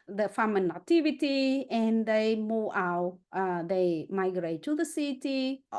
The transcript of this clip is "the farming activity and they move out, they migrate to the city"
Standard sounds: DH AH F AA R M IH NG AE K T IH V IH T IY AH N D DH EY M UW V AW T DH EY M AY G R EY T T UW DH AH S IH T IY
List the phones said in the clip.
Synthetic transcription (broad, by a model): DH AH F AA M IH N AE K T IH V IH T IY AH N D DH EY M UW AW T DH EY M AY G R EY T T UW DH AH S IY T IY